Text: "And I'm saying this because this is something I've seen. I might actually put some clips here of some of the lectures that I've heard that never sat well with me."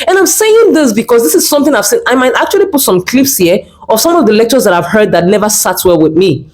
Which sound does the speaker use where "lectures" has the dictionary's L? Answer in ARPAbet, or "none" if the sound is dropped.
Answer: L